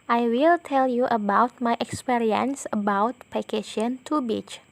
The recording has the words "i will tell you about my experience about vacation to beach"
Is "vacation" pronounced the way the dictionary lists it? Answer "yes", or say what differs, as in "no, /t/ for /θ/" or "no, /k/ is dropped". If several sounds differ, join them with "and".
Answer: no, /p/ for /v/